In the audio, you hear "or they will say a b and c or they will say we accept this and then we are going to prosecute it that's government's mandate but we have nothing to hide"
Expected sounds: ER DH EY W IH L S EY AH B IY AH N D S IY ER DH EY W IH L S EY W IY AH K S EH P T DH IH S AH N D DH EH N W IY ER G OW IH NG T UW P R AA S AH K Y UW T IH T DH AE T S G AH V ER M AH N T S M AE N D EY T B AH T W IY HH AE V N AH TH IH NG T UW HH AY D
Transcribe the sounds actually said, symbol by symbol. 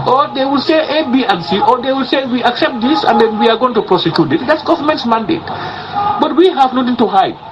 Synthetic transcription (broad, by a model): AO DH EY W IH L S EY AH B IY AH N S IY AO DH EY W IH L S EY W IY AH K S EH P T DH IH S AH N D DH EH N W IY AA G OW IH NG T UW P R AA S AH K Y UW T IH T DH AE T S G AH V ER M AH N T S M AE N D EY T B AH T W IY HH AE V N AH T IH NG T UW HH AY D